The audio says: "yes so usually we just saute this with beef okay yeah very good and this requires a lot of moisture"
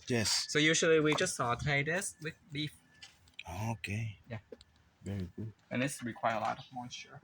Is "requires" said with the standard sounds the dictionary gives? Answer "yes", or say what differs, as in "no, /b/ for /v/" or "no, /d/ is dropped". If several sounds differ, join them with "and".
no, /z/ is dropped